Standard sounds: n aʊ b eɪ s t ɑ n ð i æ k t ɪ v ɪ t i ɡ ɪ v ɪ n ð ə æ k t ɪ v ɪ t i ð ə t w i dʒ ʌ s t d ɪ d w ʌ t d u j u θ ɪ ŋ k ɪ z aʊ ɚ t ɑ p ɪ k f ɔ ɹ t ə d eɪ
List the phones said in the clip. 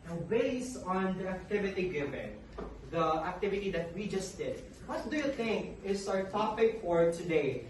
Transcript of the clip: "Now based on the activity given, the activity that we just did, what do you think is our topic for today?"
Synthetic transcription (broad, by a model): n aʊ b eɪ s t ɑ n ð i æ k t ɪ v ɪ t i ɡ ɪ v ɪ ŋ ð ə æ k t ɪ v ɪ t i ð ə t w i dʒ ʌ s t d ɪ d w ʌ t d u j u θ ɪ ŋ k ɪ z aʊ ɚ t ɑ p ɪ k f ɔ ɹ t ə d eɪ